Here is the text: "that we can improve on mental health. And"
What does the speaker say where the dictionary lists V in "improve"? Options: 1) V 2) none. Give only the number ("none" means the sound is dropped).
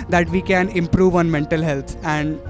1